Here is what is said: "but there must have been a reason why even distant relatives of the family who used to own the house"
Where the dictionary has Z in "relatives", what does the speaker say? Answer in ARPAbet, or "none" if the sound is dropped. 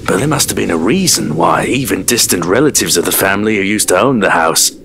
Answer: Z